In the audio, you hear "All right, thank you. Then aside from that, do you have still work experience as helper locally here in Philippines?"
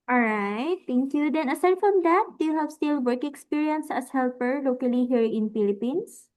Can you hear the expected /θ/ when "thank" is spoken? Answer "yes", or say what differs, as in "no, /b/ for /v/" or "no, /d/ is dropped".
no, /t/ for /θ/